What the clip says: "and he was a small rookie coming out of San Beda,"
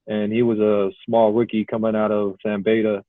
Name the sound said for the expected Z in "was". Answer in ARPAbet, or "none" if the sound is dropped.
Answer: Z